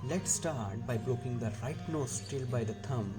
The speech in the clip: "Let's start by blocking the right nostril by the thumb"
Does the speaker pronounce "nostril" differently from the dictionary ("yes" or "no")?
yes